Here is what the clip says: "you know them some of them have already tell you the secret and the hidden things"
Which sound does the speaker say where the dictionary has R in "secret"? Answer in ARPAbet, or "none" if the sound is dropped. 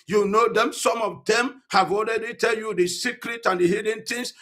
R